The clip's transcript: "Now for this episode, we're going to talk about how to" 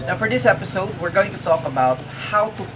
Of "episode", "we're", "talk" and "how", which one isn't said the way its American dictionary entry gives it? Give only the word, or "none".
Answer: none